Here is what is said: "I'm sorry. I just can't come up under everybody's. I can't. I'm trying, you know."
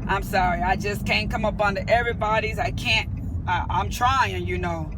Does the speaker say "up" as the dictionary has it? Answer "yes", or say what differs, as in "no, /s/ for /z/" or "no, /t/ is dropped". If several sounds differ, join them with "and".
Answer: yes